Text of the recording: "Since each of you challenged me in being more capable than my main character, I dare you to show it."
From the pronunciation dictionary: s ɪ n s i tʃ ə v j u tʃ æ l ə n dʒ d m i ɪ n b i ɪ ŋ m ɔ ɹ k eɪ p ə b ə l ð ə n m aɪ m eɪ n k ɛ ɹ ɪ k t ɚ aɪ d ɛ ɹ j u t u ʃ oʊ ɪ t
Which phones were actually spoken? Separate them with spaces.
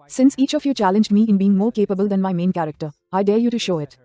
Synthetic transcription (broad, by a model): s ɪ n s i tʃ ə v j u tʃ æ l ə n dʒ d m i ɪ n b i ɪ ŋ m ɔ ɹ k eɪ p ə b ə l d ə n m aɪ m eɪ n k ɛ ɹ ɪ k t ɚ aɪ d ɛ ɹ j u t u ʃ oʊ ɪ t